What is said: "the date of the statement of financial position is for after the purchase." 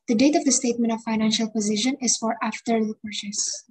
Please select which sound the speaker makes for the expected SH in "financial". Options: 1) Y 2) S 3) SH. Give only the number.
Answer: 3